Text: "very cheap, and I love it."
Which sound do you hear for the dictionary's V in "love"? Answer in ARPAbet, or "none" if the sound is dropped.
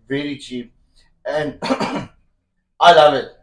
V